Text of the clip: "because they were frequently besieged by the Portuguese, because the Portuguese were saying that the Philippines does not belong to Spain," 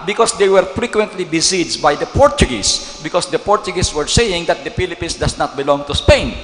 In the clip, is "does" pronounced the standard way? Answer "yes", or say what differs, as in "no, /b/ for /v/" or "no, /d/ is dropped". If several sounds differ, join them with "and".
no, /s/ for /z/